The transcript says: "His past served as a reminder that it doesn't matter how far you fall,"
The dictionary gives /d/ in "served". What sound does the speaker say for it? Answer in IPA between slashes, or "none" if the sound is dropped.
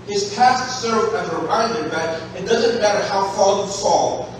none